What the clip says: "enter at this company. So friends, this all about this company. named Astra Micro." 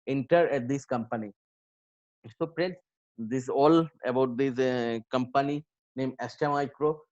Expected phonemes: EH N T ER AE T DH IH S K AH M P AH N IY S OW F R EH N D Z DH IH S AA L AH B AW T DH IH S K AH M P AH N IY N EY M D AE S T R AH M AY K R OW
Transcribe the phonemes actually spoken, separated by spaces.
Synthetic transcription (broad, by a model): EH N T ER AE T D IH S K AH M P AH N IY S OW P R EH N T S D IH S AA L AH B AW T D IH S K AH M P AH N IY N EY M EH S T AH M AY K R OW